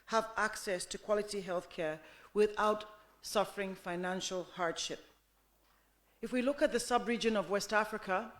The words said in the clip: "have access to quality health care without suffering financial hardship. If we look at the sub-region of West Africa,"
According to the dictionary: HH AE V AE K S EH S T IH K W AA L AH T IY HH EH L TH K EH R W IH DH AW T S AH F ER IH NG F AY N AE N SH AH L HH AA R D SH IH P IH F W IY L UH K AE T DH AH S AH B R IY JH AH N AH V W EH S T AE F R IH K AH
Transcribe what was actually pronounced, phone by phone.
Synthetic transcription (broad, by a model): HH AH V AE K S EH S T IH K W AA L AH T IY HH EH L TH K EH R W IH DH AW T S AH F ER IH NG F AY N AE N SH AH L HH AA R D SH IH P IH F W IY L UH K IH T DH AH S AH B R IY JH AH N AH V W EH S T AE F R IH K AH